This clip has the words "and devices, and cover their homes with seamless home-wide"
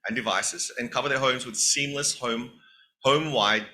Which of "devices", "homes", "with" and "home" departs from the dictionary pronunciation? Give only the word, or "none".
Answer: none